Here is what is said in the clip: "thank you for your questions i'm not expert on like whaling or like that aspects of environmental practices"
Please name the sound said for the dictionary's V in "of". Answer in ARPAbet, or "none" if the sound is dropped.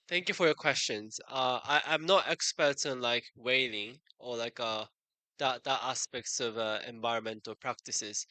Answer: V